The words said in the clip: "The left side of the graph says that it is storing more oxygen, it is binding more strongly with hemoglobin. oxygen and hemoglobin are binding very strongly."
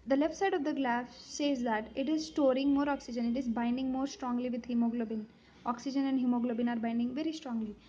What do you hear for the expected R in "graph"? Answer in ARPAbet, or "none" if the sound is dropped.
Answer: L